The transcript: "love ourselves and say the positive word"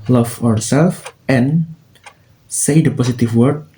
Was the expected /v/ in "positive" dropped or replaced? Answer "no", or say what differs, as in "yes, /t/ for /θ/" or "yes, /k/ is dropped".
yes, /f/ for /v/